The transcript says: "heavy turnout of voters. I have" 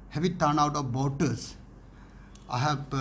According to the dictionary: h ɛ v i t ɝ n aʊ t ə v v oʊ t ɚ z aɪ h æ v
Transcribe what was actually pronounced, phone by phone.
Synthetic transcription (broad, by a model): h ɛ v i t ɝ n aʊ t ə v b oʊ t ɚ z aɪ h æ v